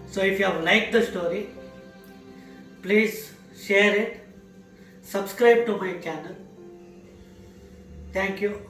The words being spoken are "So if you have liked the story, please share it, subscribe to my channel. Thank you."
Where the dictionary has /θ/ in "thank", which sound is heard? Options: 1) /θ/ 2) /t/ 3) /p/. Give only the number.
2